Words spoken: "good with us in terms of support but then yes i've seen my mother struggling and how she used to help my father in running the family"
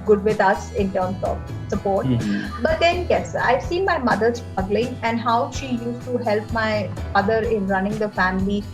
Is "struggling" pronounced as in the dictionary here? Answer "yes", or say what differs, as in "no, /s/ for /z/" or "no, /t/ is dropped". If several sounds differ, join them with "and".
no, /ɹ/ is dropped